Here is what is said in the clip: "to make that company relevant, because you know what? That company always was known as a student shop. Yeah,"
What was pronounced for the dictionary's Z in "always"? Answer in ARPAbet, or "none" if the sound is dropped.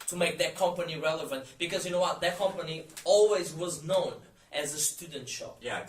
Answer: Z